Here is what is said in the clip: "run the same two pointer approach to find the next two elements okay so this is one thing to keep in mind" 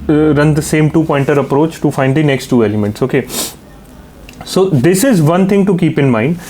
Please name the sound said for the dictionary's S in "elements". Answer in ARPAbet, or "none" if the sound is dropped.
S